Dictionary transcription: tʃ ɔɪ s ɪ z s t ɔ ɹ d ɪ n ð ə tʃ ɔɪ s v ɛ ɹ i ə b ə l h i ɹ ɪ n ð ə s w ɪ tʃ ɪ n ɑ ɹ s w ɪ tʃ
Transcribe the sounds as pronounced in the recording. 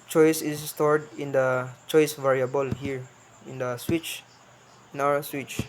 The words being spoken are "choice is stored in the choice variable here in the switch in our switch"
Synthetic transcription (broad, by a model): tʃ ɔɪ s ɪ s s t ɔ ɹ d ɪ n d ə tʃ ɔɪ s v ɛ ɹ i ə b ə l h i ɹ ɪ n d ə s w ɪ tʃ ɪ n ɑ w s w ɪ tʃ